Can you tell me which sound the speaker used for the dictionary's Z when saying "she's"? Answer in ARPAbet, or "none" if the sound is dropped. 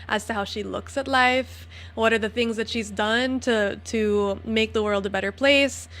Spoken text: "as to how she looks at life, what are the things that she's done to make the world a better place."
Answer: Z